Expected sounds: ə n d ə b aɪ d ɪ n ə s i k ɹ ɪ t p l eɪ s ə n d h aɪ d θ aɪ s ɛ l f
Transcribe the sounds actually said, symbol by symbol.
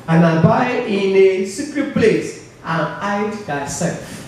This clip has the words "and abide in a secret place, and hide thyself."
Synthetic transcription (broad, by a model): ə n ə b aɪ ɪ n ə s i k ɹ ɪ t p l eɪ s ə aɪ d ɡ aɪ s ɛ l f